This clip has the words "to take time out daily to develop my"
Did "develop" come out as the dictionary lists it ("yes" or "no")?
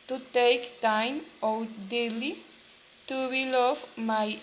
no